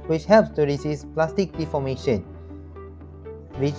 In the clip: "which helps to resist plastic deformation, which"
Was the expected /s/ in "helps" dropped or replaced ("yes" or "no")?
no